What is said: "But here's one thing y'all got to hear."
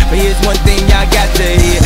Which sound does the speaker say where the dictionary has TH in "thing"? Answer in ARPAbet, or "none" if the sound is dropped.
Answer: TH